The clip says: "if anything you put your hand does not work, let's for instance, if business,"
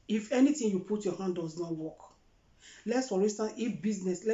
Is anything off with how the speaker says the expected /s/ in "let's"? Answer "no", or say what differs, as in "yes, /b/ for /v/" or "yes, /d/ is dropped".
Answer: no